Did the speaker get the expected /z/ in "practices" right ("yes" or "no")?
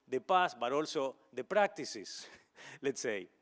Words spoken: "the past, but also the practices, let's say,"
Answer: no